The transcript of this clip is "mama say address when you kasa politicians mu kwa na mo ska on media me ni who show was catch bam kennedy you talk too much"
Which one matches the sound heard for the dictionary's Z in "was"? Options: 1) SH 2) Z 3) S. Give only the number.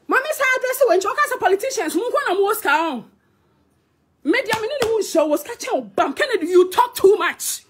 3